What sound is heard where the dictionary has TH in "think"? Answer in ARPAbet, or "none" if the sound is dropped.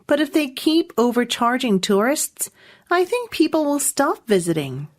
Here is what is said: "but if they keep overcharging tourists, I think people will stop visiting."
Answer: TH